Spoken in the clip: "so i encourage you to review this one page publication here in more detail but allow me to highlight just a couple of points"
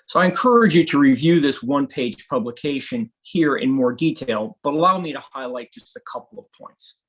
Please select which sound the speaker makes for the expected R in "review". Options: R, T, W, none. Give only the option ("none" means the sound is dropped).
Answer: R